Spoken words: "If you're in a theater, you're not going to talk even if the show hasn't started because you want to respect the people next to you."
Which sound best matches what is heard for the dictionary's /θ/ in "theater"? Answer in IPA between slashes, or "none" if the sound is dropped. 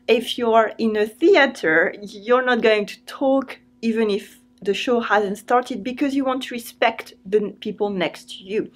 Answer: /θ/